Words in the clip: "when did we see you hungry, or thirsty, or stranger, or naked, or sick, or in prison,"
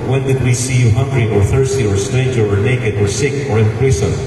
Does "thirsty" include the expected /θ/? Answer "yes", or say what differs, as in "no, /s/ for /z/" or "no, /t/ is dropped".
yes